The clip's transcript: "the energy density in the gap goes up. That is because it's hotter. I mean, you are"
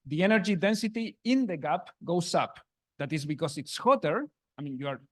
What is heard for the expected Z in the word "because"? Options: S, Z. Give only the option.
S